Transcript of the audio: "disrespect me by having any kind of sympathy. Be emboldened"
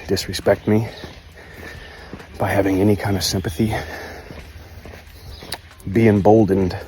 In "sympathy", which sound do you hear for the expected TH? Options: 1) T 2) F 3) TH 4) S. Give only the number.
3